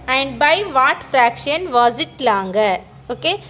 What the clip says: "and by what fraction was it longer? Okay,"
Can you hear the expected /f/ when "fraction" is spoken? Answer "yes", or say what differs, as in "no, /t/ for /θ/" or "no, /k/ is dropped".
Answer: yes